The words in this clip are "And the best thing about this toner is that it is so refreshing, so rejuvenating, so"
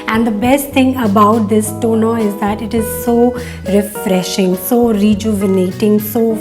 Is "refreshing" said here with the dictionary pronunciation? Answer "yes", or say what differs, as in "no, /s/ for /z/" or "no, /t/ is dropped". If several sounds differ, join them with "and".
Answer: yes